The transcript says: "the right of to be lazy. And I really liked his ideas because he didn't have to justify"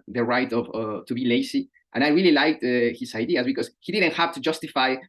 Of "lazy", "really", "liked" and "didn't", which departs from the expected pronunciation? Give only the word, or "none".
lazy